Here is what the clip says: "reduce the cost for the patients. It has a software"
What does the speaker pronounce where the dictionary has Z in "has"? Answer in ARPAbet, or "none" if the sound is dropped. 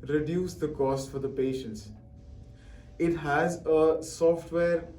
Z